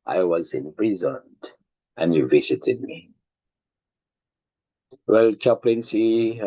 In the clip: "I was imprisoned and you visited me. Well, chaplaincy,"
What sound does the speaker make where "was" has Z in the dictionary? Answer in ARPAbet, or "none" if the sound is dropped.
Z